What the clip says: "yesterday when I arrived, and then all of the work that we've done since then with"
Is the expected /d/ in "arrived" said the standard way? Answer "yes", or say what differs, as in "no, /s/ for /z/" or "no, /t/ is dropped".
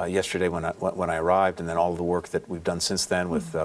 yes